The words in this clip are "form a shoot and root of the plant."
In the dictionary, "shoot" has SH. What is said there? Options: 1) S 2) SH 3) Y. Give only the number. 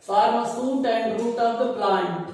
1